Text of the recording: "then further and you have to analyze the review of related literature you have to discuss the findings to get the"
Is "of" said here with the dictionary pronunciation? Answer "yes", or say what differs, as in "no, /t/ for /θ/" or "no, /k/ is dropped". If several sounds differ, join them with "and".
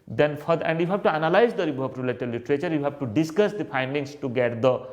no, /p/ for /v/